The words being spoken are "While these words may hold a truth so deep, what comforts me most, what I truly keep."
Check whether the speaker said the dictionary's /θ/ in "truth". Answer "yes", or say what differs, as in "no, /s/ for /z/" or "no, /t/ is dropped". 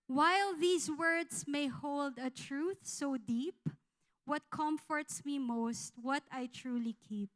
yes